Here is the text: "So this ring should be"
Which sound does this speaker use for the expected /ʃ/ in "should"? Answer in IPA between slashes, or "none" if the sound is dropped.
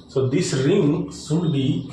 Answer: /s/